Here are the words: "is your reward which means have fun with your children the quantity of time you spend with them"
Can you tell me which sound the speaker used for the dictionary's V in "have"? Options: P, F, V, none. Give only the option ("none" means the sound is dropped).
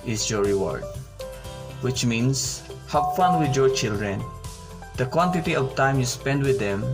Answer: P